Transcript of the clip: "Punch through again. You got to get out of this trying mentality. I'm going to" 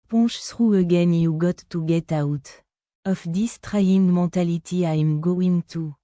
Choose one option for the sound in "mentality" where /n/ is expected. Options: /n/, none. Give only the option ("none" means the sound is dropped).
none